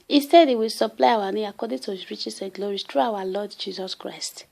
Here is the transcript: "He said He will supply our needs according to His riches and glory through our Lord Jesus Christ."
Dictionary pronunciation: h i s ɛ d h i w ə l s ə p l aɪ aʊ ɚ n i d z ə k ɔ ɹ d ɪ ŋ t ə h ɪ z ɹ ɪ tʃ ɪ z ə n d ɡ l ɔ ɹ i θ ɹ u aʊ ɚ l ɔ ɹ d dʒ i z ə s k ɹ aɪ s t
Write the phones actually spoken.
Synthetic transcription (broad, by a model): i s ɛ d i w ə l s ə p l aɪ aʊ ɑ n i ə k ɔ d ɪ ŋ t ə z ɹ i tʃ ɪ s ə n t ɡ l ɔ ɹ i t ɹ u aʊ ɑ l ɔ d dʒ i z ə s k ɹ aɪ s t